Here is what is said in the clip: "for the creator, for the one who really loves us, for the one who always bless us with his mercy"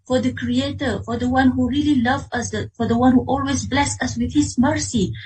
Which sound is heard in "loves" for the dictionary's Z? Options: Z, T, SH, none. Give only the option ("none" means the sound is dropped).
none